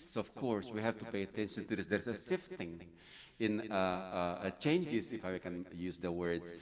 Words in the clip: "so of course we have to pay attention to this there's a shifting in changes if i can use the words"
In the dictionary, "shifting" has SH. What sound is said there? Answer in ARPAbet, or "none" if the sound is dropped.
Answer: S